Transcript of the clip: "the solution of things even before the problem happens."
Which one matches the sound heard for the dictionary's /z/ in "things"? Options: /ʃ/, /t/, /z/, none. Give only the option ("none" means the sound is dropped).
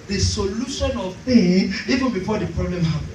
none